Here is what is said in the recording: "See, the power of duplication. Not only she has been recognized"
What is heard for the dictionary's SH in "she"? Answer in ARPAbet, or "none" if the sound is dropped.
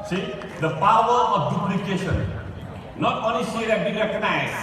S